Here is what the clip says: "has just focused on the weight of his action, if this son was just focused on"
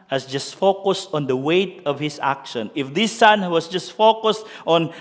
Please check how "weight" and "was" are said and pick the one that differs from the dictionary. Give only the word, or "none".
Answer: was